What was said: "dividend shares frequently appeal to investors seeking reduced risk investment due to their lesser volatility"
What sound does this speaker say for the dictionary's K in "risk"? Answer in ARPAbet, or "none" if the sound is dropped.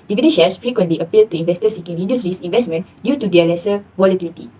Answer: none